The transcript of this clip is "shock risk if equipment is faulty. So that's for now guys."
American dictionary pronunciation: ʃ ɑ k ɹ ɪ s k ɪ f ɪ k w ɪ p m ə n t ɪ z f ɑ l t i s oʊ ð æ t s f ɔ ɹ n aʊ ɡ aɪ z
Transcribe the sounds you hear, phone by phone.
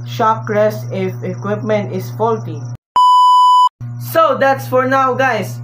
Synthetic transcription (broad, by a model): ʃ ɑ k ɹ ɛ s ɪ f ɪ k w ɪ p m ə n t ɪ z f ɑ l t i s oʊ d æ t s f ɔ ɹ n aʊ ɡ aɪ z